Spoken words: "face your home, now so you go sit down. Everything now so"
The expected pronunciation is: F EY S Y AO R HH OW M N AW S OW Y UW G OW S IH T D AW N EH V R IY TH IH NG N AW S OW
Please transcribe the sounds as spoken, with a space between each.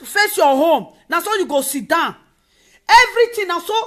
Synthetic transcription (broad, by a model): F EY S Y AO HH OW M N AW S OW Y UW G OW S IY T D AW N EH V R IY T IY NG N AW S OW